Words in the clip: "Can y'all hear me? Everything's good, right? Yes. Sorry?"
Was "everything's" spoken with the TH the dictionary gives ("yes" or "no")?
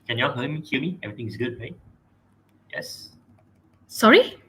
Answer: no